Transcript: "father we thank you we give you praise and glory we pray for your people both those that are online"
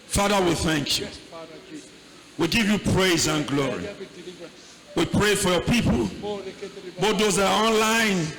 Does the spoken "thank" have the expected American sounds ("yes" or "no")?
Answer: yes